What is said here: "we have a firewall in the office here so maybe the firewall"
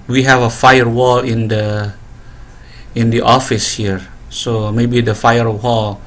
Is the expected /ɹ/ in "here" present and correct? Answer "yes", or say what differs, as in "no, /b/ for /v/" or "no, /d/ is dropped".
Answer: yes